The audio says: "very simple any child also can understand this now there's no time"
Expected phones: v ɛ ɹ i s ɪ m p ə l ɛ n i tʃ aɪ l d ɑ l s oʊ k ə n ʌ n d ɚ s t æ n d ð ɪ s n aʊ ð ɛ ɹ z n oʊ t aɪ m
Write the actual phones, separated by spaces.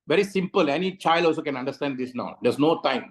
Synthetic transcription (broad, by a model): v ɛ ɹ i s ɪ m p ə l ɛ n i tʃ aɪ l d ɑ l s oʊ k ə n ʌ n d ɚ s t æ n d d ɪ s n aʊ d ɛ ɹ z n oʊ t aɪ m